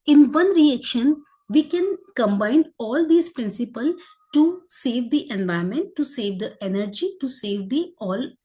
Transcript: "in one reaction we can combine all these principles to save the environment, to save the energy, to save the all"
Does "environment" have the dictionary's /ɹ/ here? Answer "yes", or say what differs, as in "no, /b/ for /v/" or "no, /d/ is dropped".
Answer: no, /ɹ/ is dropped